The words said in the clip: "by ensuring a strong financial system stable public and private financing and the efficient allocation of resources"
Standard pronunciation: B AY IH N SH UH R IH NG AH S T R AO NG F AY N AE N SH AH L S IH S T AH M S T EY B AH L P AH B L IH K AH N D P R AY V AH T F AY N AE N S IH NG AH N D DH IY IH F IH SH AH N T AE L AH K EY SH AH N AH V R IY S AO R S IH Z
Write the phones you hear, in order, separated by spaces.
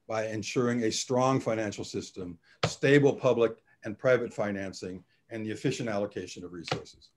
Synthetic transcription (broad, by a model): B AY IH N SH UH R IH NG AH S T R AO NG F AY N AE N SH L S IH S T AH M S T EY B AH L P AH B L IH K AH N P R AY V AH T F AY N AE N S IH NG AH N DH IY IH F IH SH AH N T AE L AH K EY SH AH N AH V R IY S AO R S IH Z